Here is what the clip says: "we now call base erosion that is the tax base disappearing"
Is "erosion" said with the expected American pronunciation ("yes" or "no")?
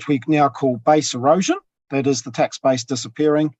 yes